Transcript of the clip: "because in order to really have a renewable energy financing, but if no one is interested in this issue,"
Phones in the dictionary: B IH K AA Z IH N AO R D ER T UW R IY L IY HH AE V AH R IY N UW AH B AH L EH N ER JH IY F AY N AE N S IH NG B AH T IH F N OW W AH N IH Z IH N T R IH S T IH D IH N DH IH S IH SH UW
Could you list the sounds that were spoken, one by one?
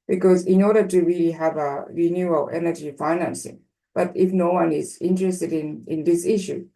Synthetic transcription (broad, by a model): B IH K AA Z IH N AO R D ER T UW R IY L IY HH AE V AH R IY N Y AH AH L EH N ER JH IY F AY N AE N S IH NG B AH T IH F N OW W AH N IH Z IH N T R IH S T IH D IH N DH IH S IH SH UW